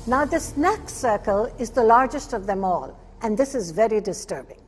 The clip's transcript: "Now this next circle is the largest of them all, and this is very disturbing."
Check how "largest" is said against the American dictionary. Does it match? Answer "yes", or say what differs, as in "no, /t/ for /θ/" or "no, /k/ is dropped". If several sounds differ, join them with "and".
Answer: yes